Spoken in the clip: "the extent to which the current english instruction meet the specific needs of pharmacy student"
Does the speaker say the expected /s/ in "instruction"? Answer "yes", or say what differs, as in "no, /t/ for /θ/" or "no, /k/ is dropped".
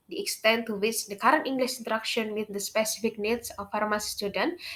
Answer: no, /s/ is dropped